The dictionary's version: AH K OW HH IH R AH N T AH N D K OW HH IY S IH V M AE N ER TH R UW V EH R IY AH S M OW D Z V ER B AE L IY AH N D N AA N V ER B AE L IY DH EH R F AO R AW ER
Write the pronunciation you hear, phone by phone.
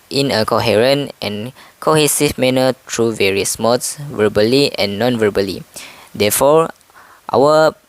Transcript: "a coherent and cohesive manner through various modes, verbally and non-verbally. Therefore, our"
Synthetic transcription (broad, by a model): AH K OW HH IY R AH N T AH N K OW HH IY S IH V M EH N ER T R UW V EH R IY AH S M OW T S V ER B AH L IY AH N N AA N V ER B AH L IY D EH F AO R AW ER